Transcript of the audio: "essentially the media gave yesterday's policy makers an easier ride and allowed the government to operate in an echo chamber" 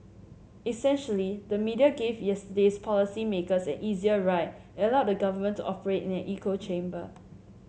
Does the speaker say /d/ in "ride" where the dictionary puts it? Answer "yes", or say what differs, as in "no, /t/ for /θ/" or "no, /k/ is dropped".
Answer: no, /d/ is dropped